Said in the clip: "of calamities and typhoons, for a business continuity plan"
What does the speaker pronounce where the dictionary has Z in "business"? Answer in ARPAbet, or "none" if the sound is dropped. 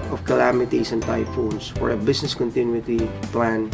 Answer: S